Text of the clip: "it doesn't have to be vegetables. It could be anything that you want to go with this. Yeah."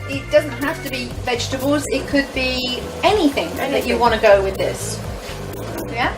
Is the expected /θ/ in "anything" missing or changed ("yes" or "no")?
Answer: no